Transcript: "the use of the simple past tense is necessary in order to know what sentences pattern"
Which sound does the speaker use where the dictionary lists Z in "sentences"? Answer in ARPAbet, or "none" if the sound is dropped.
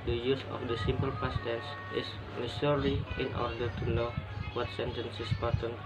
S